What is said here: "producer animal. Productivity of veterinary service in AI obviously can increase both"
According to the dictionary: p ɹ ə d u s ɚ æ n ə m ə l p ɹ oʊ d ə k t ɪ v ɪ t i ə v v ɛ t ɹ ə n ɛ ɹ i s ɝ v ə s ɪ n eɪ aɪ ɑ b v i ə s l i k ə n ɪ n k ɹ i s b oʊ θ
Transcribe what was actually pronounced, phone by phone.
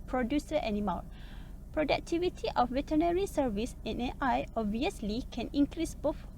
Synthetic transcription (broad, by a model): p ɹ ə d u s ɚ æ n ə m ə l p ɹ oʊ d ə k t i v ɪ t i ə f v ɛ t ə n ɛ ɹ i s ɝ v ə s ɪ n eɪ aɪ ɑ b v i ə s l i k ə n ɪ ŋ k ɹ i s b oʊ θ